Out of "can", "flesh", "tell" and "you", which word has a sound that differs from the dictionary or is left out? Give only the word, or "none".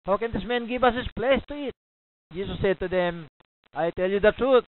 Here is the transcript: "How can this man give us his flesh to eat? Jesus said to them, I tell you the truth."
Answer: flesh